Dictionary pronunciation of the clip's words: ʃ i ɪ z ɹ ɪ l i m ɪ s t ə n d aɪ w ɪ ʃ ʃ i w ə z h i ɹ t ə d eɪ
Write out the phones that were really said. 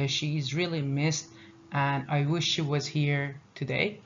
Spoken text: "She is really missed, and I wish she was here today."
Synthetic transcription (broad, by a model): ʃ i ɪ z ɹ ɪ l i m ɪ s t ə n aɪ w ɪ ʃ ʃ i w ə z h i ɹ t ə d eɪ